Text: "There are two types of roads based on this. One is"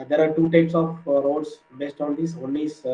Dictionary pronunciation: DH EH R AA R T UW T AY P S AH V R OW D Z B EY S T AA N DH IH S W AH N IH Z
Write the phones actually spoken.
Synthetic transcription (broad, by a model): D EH R AA R T UW T AY P S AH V R OW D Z B EY S T AA N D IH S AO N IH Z